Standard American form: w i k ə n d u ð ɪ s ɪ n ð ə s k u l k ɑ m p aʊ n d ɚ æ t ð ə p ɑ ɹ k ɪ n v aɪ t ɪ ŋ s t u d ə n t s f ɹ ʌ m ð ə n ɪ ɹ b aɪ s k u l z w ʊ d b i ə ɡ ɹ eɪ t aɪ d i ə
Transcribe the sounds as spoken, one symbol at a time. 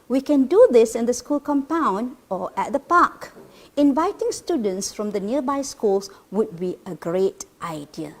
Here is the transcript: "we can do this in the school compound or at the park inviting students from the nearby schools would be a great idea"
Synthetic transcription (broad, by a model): w i k ə n d u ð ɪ s ɪ n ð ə s k u l k ɑ m p aʊ n d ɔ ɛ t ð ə p ɑ k ɪ n v aɪ t ɪ ŋ s t u d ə n t s f ɹ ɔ m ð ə n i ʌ b aɪ s k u l s w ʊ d b i ə ɡ ɹ eɪ t aɪ d i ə